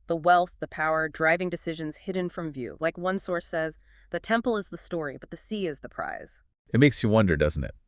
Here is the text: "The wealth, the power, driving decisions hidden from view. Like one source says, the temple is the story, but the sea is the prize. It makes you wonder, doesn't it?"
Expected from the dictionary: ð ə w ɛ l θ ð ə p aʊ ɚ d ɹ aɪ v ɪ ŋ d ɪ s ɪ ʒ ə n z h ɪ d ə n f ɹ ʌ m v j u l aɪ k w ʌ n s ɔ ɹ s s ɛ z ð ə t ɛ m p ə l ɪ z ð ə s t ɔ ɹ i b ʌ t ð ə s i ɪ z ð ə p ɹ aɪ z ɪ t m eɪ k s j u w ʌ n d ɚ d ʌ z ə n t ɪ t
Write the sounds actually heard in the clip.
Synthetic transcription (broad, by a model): ð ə w ɛ l θ ð ə p aʊ ɚ d ɹ aɪ v ɪ ŋ d ɪ s ɪ ʒ ə n z h ɪ d n f ɹ ʌ m v j u l aɪ k w ʌ n s ɔ ɹ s s ɛ z ð ə t ɛ m p l ɪ z ð ə s t ɔ ɹ i b ʌ t ð ə s i ɪ z ð ə p ɹ aɪ z ɪ t m eɪ k s j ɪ w ʌ n d ɚ d ʌ z n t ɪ t